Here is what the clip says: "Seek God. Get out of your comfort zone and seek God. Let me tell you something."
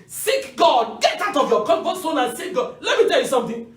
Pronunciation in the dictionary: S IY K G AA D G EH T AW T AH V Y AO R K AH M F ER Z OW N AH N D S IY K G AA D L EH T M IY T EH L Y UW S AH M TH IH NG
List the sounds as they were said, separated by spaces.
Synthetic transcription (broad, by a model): S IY K G AA D G EH T AW T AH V Y AO K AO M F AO S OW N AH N S IY K G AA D L EH T M IY T EH L Y UW S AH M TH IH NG